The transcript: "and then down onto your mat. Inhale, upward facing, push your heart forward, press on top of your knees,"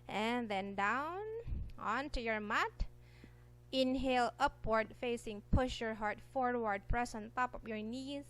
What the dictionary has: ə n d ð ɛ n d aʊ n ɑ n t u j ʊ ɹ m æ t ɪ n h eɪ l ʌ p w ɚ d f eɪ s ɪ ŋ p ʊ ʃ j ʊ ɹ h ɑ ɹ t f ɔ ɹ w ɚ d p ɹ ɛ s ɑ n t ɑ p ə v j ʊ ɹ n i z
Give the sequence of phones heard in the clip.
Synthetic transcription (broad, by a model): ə n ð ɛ n d aʊ n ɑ n t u j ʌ ɹ m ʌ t ɪ n h eɪ l ʌ p w ɚ d f eɪ s ɪ ŋ p ʊ ʃ j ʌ ɹ h ɑ ɹ t f ɔ ɹ w ɚ d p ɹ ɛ s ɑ n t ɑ p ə p j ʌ ɹ n i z